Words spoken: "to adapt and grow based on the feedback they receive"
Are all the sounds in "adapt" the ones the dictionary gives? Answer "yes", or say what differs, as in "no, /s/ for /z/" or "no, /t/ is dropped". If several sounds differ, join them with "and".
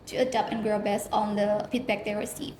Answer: no, /t/ is dropped